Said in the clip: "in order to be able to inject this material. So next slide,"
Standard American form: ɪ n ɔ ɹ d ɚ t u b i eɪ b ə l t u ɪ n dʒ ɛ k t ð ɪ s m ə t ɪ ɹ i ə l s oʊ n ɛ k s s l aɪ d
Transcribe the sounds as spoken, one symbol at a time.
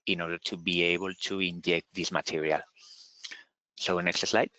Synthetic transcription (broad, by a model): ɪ n ɔ ɹ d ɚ t u b i eɪ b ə l t u ɪ n dʒ ɛ k t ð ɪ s m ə t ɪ ɹ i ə l s oʊ n ɛ k s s l aɪ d